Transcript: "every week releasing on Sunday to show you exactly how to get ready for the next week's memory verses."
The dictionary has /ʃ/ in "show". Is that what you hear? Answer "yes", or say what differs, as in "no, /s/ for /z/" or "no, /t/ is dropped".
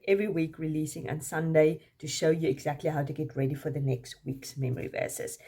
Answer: yes